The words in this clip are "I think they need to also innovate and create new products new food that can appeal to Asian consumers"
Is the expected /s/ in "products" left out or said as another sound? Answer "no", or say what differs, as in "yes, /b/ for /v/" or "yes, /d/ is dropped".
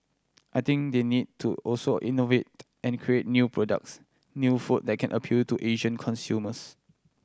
no